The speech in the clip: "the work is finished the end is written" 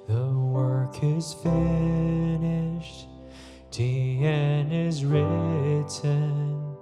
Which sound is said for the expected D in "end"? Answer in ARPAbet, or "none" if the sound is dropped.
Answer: none